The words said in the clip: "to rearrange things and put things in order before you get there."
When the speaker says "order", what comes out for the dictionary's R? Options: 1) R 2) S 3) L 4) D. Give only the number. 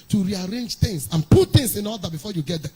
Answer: 3